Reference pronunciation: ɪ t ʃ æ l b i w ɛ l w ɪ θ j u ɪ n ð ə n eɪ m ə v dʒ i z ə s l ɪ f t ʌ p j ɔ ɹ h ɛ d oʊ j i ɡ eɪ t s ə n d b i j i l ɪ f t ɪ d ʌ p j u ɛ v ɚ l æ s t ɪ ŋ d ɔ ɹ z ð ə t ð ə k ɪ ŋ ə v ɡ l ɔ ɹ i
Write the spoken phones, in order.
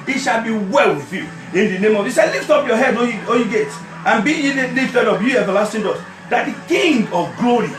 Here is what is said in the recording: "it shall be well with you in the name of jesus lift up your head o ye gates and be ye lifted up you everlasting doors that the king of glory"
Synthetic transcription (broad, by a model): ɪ t ʃ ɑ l b i w ɛ l w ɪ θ j u ɪ n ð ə n eɪ m ə v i s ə l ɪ f t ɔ p j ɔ h ɛ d oʊ j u ɡ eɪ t ə n b i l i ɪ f t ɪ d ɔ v j u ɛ v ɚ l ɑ s t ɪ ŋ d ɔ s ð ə t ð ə k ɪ ŋ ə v ɡ l ɔ ɹ i